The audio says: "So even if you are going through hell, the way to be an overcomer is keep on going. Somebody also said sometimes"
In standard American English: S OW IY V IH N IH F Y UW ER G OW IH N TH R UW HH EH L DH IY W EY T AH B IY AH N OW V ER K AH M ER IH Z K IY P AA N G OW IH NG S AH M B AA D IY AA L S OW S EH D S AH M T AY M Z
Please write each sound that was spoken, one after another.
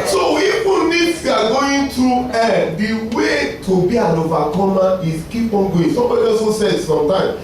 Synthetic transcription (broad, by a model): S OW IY F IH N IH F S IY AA G OW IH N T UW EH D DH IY W EY T AH B IY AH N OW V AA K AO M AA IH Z K IY P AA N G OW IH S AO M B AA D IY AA S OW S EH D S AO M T AY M